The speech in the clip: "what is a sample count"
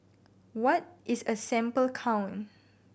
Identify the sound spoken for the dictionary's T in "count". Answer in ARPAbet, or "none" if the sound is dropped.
none